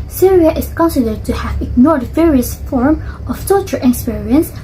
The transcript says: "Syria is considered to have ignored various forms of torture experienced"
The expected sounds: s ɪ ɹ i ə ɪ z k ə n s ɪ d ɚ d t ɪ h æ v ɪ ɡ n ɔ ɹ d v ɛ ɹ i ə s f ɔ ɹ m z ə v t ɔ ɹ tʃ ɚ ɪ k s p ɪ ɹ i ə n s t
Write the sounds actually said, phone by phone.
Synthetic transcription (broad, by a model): s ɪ ɹ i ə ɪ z k ə n s ɪ d ɚ d t ɪ h æ v ɪ ɡ n ɔ ɹ d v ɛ ɹ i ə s f ɔ ɹ m ə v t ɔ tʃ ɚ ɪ k s p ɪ ɹ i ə n s